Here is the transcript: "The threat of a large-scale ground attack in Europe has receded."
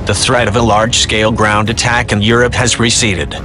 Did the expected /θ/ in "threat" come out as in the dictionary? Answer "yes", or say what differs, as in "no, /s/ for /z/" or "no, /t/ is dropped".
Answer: yes